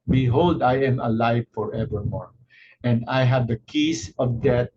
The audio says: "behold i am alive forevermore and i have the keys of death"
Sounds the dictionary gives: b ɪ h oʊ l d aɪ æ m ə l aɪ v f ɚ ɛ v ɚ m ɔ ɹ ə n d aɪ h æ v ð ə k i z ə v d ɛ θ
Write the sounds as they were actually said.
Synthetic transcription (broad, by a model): b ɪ h oʊ l d aɪ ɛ m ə l aɪ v f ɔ ɛ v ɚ m ɔ ɹ ə n d aɪ h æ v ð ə k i s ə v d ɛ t